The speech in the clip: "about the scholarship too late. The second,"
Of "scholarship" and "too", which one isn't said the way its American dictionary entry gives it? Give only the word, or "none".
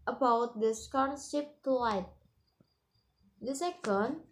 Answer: scholarship